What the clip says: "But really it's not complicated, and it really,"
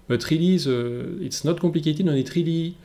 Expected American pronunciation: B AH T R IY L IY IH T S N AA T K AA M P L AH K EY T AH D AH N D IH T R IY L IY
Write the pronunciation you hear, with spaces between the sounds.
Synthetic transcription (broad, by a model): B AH T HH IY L IY IH T S N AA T K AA P L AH K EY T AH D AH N IH T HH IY L IY